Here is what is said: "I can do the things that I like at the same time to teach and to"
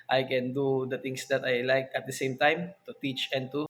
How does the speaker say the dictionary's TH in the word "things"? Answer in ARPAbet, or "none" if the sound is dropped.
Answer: T